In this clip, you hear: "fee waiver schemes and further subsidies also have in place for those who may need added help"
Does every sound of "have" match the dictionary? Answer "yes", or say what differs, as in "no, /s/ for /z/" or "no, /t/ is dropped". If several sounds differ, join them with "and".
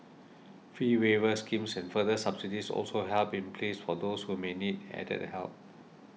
no, /p/ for /v/